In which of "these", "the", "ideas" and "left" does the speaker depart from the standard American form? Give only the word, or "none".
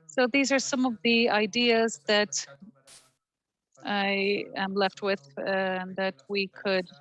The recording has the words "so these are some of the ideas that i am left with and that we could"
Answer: none